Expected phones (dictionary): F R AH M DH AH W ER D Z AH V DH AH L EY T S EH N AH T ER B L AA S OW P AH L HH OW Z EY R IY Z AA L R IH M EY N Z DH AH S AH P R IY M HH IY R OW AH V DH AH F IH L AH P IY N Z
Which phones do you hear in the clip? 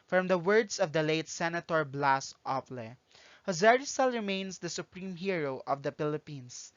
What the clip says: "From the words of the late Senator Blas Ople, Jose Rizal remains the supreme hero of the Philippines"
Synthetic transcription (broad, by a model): F R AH M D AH W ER D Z AH V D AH L EY T S EH N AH T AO B L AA S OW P L HH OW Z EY R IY S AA L R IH M EY N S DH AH S AH P R IY M HH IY R OW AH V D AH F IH L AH P IY N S